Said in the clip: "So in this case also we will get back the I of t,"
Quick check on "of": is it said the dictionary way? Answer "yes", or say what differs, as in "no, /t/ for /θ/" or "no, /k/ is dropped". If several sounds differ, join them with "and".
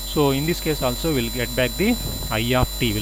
no, /p/ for /v/